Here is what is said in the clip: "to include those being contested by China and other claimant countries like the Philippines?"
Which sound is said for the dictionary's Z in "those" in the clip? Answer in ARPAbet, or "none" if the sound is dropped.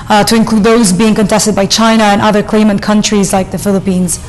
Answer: Z